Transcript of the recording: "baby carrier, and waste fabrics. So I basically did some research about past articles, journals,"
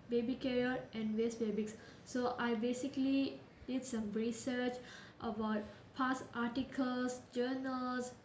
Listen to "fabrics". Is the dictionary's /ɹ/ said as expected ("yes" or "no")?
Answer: no